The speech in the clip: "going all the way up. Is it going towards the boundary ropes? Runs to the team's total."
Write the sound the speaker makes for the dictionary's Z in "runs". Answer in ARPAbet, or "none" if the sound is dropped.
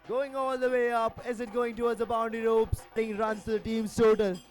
none